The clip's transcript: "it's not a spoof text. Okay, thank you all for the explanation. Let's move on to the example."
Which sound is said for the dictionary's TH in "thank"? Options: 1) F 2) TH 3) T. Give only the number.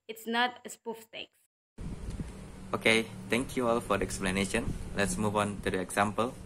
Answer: 3